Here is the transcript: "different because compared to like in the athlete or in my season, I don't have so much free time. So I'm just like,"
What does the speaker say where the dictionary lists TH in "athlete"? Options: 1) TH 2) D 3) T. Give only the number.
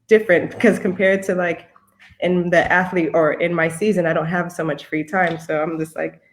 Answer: 1